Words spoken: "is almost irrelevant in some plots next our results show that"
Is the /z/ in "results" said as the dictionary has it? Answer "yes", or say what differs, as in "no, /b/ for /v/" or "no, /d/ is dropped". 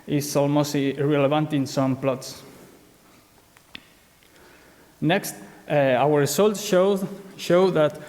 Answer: no, /s/ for /z/